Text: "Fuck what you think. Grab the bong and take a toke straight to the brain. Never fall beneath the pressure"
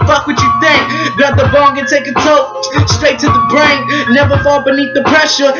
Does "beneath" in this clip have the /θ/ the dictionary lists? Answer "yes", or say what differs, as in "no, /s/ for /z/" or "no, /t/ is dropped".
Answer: yes